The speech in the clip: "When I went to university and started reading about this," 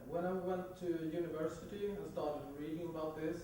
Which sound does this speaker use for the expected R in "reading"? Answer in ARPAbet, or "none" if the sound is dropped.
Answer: R